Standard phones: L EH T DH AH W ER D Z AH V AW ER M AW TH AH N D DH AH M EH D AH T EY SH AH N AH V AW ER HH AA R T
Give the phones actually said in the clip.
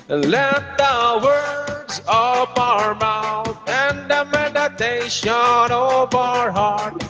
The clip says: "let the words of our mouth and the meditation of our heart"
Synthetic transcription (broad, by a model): L EH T DH AH W ER D Z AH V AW ER M AW TH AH N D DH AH M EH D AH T EY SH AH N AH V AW ER HH AA R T